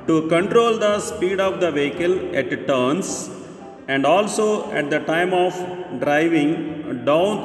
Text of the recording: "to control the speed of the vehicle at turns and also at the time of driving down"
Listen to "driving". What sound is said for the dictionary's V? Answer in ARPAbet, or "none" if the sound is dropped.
V